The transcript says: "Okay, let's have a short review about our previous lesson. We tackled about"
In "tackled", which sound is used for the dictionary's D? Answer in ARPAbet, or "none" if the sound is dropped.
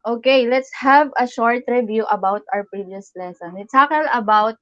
none